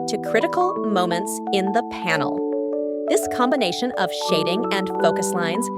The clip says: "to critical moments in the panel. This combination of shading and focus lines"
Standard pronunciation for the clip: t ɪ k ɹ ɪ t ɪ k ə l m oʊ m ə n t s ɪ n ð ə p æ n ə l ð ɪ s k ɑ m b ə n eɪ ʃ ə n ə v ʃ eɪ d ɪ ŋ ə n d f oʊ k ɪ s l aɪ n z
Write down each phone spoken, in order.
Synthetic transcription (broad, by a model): t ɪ k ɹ ɪ t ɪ k l m oʊ m ə n t s ɪ n ð ə p æ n l ð ɪ s k ɑ m b ə n eɪ ʃ ə n ə v ʃ eɪ d ɪ ŋ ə n f oʊ k ɪ s l aɪ n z